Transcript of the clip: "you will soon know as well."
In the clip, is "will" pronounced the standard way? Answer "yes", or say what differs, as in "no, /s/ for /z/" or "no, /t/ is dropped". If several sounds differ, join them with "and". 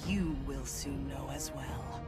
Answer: yes